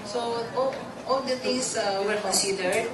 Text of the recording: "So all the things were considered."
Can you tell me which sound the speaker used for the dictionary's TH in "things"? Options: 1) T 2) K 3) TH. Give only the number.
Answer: 1